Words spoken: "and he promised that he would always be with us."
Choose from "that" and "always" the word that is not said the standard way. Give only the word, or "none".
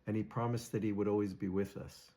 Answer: none